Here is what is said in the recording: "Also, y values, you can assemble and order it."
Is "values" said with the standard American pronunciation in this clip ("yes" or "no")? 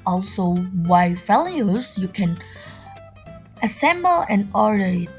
no